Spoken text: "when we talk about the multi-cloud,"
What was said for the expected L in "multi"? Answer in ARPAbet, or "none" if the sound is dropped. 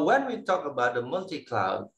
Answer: L